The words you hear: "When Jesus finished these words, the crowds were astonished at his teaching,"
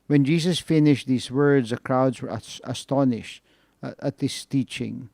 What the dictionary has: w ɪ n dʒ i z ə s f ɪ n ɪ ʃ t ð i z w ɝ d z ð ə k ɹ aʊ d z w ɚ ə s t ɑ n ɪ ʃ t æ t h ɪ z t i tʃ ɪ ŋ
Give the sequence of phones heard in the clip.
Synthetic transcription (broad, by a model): w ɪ n dʒ i z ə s f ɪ n ɪ ʃ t ð i z w ɝ d z ð ə k ɹ aʊ d z w ɚ ə s t ɑ n ɪ ʃ t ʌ t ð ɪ s t i tʃ ɪ ŋ